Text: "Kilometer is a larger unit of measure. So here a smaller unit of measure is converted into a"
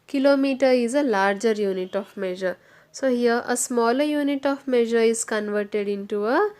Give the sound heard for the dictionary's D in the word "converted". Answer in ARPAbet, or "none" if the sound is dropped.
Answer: D